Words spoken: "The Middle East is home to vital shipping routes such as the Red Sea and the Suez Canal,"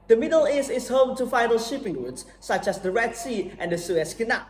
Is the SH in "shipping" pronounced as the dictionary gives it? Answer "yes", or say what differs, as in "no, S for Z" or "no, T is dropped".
yes